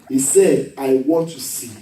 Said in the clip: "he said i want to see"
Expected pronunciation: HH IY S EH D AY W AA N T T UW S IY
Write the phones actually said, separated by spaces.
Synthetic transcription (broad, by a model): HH IY S EH D AY W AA N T T UW S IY